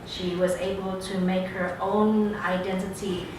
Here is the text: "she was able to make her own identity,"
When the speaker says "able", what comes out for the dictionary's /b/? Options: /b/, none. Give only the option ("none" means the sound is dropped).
/b/